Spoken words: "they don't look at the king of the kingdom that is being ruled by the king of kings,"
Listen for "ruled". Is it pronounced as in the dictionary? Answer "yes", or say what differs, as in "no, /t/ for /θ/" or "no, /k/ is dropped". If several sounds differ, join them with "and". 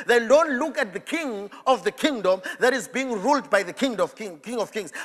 yes